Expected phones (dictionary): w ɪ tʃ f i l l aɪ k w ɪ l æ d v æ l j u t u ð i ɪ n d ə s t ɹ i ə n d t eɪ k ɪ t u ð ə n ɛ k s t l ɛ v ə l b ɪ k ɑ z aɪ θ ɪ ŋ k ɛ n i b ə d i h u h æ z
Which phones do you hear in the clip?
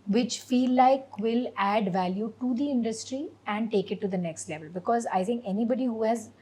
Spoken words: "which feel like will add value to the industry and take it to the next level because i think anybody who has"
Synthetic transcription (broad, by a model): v ɪ tʃ f i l l aɪ k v ɪ l æ d v æ l j u t u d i ɪ n d ə s t ɹ i ə n d t eɪ k ɪ t u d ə n ɛ k s t l ɛ v ə l b ɪ k ɑ z aɪ t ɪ ŋ k ɛ n i b ə d i h u h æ z